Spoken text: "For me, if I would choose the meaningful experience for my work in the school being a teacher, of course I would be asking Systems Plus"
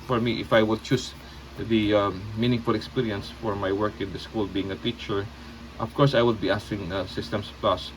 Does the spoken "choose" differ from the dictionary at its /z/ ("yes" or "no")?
yes